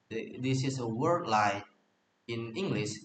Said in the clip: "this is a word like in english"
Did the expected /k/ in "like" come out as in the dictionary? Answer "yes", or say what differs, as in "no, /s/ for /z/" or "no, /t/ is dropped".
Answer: no, /k/ is dropped